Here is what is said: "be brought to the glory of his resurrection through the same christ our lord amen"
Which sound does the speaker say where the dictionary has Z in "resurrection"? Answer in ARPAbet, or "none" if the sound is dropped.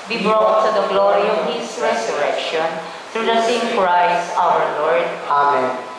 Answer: S